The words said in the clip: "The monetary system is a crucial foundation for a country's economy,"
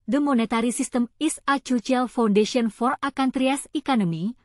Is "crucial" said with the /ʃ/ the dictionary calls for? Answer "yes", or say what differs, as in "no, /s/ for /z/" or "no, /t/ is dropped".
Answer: no, /ʃ/ is dropped